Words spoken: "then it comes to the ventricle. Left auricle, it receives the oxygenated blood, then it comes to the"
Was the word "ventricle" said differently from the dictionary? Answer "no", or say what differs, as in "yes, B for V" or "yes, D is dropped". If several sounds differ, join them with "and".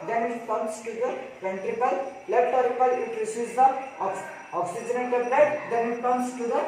yes, P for V